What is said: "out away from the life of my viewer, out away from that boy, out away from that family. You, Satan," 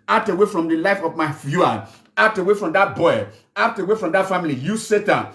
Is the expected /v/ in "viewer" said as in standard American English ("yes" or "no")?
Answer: no